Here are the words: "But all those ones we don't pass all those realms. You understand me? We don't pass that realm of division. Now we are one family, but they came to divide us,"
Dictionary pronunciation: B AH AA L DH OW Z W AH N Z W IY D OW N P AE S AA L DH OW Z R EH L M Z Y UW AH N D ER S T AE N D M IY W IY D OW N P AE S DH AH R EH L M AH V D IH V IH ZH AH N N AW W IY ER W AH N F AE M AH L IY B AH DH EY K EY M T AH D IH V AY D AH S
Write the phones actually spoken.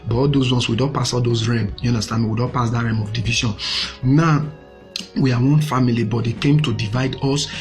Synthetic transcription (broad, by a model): B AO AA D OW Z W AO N S W IY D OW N P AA S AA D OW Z R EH M Y UW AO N D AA S T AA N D M IY W IY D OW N P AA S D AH R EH M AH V D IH V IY SH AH N N AW W IY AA W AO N F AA M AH L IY B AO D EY K EY M T AH D IH V AY D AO S